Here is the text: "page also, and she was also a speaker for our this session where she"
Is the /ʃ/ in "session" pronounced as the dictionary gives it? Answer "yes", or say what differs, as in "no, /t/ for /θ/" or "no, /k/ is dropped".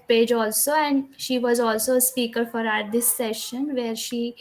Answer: yes